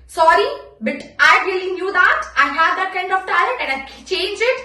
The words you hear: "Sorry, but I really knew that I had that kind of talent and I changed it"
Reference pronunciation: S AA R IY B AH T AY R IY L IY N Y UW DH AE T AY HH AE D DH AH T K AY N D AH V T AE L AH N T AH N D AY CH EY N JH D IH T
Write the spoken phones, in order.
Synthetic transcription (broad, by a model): S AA R IY B AH T AY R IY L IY N Y UW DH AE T AY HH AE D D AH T K AY N D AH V T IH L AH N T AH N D AY CH EY N JH IH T